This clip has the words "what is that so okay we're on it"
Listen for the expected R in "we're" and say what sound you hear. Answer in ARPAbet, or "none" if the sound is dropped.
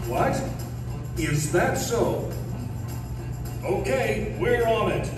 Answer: R